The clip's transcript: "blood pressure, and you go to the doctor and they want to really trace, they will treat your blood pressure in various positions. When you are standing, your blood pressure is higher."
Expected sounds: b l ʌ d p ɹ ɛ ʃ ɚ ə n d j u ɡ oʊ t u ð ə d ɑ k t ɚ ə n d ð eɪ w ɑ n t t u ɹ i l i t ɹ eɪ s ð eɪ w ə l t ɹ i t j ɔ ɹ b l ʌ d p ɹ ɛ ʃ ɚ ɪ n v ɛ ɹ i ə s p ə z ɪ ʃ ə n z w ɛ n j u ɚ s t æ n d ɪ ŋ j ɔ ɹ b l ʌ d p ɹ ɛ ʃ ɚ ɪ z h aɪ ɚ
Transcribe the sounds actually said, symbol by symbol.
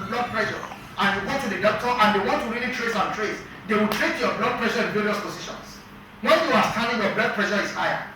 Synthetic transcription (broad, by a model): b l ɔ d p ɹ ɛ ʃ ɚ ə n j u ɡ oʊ t u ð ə d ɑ k t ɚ ə n d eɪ w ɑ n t t u ɹ i l i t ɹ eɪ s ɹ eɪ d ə w t ɹ i t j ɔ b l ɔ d p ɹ ɛ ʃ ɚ ɪ n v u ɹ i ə s p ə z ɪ ʃ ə n s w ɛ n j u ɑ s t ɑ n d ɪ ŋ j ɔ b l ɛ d p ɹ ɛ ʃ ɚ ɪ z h aɪ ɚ